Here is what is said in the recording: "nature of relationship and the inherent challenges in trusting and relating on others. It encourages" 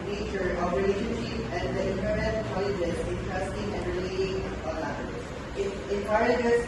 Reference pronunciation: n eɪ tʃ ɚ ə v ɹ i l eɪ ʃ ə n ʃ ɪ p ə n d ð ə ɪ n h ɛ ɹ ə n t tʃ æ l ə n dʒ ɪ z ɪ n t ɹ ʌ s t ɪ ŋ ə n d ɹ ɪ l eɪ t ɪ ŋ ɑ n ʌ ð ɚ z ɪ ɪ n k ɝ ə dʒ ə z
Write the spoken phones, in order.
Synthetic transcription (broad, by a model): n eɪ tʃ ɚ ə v ɹ i l eɪ ʃ ə n ʃ ɪ p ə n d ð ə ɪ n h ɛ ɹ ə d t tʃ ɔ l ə dʒ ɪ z ɪ n t ɹ ʌ s t ɪ ŋ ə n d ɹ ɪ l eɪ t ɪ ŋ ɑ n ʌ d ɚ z ɪ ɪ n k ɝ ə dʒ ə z